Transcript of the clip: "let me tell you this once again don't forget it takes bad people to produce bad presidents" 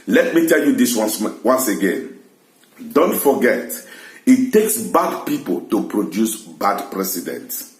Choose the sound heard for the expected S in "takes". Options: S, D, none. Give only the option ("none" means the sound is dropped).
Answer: S